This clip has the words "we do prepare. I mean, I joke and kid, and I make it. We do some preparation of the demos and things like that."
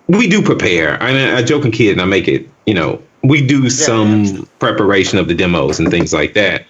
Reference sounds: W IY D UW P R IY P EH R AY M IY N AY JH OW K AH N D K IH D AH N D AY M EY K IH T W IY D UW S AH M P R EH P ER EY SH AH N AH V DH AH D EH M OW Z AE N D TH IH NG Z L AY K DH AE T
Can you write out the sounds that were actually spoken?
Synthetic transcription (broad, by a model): W IY D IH P R IY P EH R AY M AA AY JH OW K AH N K IH D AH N AY M EY K IH T W IY D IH S AH M P R EH P ER EY SH AH N AH V DH AH D EH M OW Z N TH IH NG Z L AY K DH AE T